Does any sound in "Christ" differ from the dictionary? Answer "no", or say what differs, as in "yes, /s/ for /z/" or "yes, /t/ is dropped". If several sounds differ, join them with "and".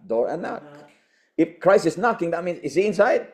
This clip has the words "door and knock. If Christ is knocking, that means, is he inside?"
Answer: yes, /t/ is dropped